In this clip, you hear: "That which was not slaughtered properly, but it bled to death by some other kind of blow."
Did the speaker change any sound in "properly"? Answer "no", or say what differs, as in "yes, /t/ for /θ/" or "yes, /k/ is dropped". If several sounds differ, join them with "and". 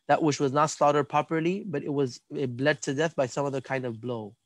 yes, /ɹ/ is dropped